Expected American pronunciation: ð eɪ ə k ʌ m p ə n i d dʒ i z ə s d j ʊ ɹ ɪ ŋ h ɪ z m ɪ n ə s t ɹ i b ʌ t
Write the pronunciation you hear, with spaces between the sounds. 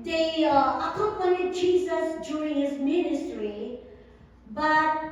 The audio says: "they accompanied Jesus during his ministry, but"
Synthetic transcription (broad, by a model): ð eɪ ə k ʌ m p ə n i d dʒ i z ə s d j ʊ ɹ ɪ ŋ h ɪ z m ɪ n ə s t ɹ i b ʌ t